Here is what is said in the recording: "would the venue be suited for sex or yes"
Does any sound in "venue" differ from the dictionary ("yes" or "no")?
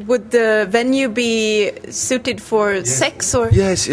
no